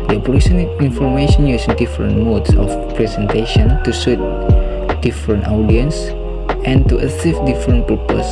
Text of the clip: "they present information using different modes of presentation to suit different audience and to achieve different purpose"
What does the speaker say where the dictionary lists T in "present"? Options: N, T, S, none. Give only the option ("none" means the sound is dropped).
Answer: none